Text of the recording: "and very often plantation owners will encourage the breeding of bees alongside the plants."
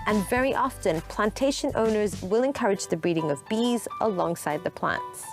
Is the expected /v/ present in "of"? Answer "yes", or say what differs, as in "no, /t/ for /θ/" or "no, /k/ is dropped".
yes